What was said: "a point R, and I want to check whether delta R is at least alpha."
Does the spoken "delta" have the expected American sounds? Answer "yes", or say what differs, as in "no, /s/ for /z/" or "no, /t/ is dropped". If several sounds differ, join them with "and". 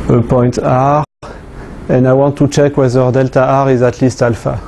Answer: yes